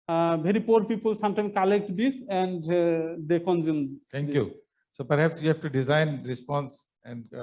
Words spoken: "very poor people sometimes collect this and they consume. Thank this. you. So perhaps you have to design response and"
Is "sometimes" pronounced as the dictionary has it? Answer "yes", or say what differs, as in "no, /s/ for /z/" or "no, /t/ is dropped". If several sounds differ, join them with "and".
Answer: no, /z/ is dropped